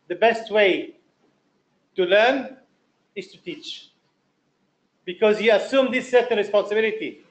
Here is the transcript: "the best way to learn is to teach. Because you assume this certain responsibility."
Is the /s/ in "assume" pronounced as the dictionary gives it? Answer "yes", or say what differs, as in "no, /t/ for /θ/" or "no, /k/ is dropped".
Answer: yes